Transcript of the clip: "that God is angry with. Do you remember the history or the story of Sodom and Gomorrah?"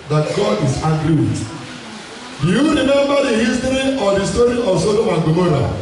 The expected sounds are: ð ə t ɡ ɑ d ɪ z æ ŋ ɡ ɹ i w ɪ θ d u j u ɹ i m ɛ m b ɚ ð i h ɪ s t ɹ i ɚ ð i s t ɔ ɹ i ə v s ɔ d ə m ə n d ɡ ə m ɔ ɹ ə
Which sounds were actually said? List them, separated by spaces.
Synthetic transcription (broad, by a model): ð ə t ɡ ɑ d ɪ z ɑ ɡ ɹ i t d u j u ɹ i m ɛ m b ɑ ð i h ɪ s t ɹ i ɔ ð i s t ɔ ɹ i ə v s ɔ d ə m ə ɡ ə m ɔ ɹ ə